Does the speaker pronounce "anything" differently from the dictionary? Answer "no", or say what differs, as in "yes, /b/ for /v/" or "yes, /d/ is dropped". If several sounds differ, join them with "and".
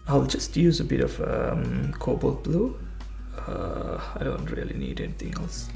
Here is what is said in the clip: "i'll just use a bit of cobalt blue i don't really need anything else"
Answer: yes, /t/ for /θ/